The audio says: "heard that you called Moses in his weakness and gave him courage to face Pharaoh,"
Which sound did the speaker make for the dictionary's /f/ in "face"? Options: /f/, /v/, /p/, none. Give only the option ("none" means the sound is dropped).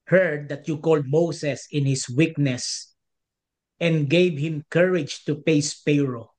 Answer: /p/